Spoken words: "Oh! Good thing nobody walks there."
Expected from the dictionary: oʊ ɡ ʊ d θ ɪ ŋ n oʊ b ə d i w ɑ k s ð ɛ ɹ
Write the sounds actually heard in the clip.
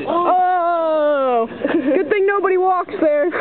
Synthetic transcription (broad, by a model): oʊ ɡ ʊ d θ ɪ ŋ n oʊ b ə d i w ɑ k s ð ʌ ɹ